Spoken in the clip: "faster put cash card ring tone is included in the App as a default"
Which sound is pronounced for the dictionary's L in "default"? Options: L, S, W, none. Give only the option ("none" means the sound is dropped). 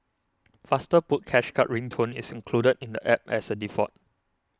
none